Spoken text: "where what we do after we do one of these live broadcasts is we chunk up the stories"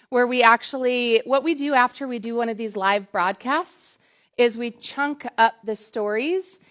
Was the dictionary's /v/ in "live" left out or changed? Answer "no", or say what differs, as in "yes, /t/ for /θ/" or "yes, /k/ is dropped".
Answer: no